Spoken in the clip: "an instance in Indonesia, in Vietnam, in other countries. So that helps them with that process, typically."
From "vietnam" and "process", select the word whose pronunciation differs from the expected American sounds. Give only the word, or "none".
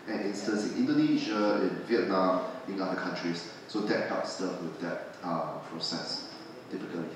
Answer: none